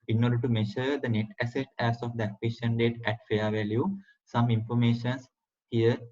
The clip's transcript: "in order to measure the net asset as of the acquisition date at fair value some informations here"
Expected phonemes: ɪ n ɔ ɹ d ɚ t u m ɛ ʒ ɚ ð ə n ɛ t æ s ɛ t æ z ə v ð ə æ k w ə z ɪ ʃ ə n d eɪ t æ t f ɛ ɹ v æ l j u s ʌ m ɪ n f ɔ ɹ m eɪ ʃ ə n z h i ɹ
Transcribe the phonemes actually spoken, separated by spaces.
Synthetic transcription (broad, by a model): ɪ n ɔ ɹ d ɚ t u m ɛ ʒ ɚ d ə n ɛ t æ s ɛ t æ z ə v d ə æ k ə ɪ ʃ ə n d eɪ t æ t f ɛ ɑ v æ l j u s ʌ m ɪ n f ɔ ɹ m eɪ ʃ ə n s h i ɹ